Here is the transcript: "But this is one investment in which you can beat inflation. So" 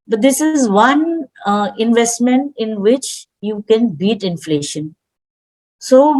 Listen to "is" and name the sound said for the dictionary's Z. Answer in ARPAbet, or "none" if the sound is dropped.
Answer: Z